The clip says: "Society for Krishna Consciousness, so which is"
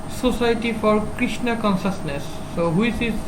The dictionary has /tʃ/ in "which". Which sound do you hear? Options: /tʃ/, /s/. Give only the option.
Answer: /s/